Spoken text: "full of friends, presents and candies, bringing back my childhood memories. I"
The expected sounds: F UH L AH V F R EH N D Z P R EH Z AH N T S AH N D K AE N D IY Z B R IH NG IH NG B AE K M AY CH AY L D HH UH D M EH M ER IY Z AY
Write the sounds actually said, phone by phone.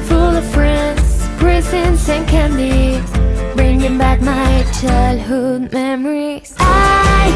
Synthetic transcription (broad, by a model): F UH L AH V F R EH N D Z P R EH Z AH N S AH N K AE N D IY B R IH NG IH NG B AE K M AY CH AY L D HH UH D M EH M ER IY AY